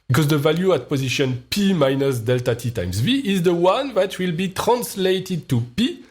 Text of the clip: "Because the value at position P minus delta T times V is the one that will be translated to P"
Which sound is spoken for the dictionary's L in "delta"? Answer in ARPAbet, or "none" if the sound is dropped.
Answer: L